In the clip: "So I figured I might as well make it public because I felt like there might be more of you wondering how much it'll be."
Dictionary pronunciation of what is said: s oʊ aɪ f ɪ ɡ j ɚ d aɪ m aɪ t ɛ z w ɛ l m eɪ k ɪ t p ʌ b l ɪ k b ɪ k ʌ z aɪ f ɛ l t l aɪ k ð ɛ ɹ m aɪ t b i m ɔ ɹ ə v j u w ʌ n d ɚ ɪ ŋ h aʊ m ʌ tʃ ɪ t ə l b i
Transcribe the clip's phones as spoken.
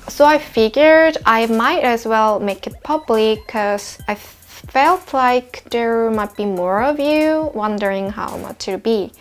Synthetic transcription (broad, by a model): s oʊ aɪ f ɪ ɡ j ɚ d aɪ m aɪ t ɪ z w ɛ l m eɪ k ɪ t p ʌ b l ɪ k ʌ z aɪ f ɛ l t l aɪ k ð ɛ ɹ m aɪ t b i m ɔ ɹ ə v j u w ʌ n d ɚ ɪ ŋ h aʊ m ʌ tʃ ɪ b i